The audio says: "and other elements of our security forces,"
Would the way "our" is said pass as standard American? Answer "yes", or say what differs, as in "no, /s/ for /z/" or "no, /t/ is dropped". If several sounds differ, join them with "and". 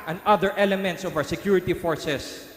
no, /w/ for /ɹ/